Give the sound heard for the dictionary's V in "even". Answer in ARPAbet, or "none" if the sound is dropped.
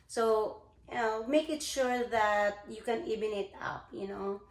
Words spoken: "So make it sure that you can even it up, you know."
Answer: B